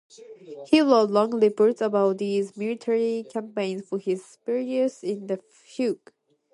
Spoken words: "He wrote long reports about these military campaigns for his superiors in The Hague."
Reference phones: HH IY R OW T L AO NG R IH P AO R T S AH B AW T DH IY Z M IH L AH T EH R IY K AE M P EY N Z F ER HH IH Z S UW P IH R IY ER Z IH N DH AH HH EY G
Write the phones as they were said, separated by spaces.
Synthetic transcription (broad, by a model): HH IY L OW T L AO NG L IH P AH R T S AH B AW T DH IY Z M IH L AH T EH R IY K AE M P EY N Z F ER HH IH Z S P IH R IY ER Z IH N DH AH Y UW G